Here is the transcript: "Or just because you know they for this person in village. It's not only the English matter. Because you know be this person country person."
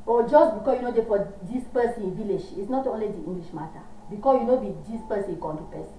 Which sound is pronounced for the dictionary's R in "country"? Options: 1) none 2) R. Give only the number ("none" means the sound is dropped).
1